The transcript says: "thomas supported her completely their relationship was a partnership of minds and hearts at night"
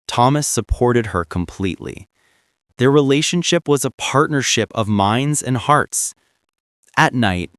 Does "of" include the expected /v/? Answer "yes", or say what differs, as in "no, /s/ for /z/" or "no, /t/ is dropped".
yes